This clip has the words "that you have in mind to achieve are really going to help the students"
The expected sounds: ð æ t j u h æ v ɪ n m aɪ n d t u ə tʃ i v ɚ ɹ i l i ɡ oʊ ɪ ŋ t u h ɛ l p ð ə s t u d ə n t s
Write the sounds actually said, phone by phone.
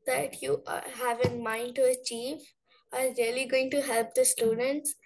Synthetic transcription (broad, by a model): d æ t j u h æ v ɪ n m aɪ n d t u ə tʃ i v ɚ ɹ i l i ɡ oʊ ɪ ŋ t u h ɛ l p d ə s t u d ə n t s